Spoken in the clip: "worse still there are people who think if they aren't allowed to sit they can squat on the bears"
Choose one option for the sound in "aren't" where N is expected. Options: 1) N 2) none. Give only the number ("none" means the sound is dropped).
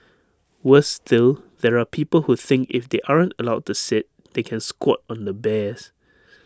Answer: 1